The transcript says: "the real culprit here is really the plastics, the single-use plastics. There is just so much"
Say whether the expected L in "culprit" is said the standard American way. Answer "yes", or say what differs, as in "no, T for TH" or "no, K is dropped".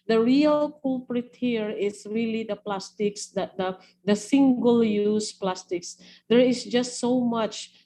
no, L is dropped